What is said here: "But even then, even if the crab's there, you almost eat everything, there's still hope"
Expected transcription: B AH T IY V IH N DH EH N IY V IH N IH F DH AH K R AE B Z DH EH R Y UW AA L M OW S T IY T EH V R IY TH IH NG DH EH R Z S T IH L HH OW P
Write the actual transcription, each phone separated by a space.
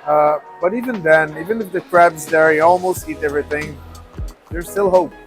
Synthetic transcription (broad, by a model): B AH T IY V IH N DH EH N IY V IH N IH F DH AH K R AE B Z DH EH R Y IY AA L M OW S T IY T EH V R IY TH IH NG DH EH R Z S T IH L HH OW P